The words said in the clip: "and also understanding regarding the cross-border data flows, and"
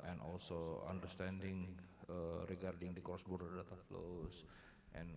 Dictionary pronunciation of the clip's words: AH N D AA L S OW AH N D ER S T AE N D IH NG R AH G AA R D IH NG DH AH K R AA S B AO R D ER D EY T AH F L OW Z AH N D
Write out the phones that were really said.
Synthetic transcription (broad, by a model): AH N AA L S OW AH N D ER S T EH N D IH NG R AH G AA R D IH NG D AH K AA S B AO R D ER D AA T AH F L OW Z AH N